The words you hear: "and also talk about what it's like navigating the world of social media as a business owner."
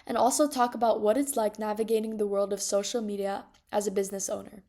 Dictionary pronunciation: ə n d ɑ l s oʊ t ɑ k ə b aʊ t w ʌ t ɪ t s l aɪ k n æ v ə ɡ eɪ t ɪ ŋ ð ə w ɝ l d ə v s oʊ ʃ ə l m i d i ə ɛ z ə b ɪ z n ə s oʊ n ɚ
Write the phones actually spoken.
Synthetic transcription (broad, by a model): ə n ɑ l s oʊ t ɑ k ə b aʊ t w ʌ t ɪ t s l aɪ k n æ v ə ɡ eɪ t ɪ ŋ ð ə w ɝ l d ə v s oʊ ʃ l m i d i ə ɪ z ə b ɪ z n ə s oʊ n ɚ